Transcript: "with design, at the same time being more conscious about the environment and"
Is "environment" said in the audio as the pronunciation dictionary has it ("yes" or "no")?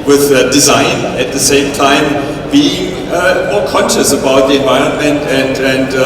yes